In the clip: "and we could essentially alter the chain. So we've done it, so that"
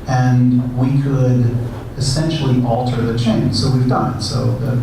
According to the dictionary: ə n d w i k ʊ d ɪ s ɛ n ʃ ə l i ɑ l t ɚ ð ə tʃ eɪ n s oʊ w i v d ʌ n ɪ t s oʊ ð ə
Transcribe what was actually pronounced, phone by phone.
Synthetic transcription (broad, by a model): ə n w i k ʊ d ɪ s ɛ n ʃ l i ɑ l t ɚ ð ə tʃ eɪ n s oʊ w i v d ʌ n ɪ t s oʊ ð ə